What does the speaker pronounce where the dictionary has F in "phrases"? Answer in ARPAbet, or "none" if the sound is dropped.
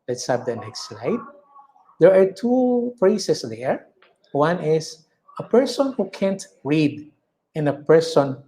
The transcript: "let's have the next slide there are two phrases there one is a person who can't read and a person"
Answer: P